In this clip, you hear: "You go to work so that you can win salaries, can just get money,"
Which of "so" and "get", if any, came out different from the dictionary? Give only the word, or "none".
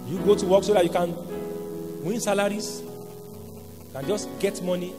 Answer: none